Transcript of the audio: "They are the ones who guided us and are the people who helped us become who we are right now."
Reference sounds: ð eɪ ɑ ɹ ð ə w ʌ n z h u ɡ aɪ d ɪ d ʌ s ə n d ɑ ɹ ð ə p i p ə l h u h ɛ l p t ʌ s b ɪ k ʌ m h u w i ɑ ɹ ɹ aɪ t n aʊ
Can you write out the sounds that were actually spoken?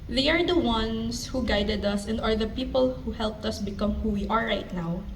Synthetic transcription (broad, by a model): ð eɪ ɑ ɹ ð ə w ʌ n s h u ɡ aɪ d ɪ d ʌ s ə n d ɑ ɹ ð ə p i p ə l h u h ɛ l p t ʌ s b ɪ k ʌ m h u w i ɑ ɹ ɹ aɪ t n aʊ